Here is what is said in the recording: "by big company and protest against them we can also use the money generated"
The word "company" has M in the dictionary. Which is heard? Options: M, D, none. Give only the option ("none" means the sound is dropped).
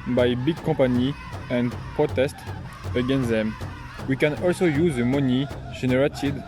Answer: none